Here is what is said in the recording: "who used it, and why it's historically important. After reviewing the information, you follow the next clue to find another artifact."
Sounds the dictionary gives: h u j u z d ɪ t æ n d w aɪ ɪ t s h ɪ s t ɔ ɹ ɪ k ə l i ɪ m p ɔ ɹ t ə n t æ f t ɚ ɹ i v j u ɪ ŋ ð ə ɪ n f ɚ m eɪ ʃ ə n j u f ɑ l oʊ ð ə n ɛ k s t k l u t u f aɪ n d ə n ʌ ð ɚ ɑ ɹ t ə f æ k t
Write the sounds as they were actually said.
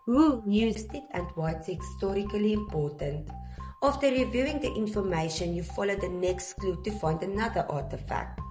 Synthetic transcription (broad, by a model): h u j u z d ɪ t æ n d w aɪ ɪ t s h ɪ s t ɔ ɹ ɪ k ə l i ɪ m p ɔ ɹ t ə n t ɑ f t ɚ ɹ i v j u ɪ ŋ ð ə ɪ n f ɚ m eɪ ʃ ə n j u f ɑ l oʊ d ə n ɛ k s t k l u t u f aɪ n d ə n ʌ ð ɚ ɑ t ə f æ k t